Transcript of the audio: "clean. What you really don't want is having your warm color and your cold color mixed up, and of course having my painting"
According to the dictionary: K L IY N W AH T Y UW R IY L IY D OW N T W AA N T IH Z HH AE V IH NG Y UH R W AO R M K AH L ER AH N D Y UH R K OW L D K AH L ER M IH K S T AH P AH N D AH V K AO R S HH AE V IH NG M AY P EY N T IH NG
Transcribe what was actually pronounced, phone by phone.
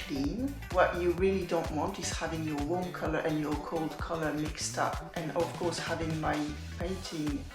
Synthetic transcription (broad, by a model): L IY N W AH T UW R IY L IY D OW N T W AA N T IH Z HH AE V IH NG Y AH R W AO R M K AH L ER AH N Y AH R K OW L D K AH L ER M IH K S T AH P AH N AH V K AO R S HH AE V IH NG M AY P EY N T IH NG